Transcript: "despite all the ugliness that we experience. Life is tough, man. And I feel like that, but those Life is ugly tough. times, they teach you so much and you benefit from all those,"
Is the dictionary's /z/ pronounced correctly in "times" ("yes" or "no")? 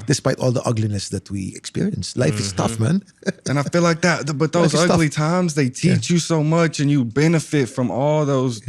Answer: yes